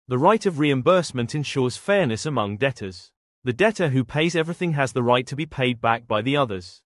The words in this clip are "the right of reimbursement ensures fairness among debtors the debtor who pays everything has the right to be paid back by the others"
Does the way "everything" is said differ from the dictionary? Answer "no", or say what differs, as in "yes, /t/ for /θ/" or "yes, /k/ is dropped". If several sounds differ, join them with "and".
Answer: no